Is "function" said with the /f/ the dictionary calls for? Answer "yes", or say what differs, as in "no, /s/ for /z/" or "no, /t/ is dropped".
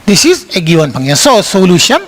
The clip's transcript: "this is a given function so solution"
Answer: no, /p/ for /f/